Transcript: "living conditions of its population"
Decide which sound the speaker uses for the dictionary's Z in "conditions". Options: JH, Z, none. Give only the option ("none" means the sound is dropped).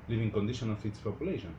none